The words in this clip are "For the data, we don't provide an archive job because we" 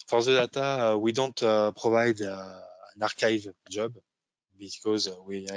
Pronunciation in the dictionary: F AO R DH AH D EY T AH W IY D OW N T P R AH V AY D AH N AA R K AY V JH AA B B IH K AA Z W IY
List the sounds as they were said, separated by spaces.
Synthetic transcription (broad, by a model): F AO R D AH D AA T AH W IY D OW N T P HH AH V AY D AH N AA R K AY V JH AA B B IH K AA Z W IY